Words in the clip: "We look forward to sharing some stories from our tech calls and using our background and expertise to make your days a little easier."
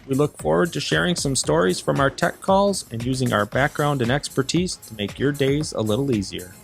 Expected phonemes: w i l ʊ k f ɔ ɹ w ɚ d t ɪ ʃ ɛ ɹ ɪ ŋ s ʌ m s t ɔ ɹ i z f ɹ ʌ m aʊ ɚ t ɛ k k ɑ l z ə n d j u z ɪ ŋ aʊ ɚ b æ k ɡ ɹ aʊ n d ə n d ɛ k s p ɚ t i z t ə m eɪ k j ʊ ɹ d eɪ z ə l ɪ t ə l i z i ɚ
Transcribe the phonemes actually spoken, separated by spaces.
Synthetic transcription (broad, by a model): w i l ʊ k f ɔ ɹ w ɚ d t ɪ ʃ ɛ ɹ ɪ ŋ s ʌ m s t ɔ ɹ i z f ɹ ʌ m aʊ ɚ t ɛ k k ɑ l z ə n j u z ɪ ŋ aʊ ɚ b æ k ɡ ɹ aʊ n d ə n ɛ k s p ɚ t i z t ə m eɪ k j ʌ ɹ d eɪ z ə l ɪ t l i z i ɚ